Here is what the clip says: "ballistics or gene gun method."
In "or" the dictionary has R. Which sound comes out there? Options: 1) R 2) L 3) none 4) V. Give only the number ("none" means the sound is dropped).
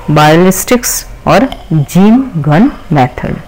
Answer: 1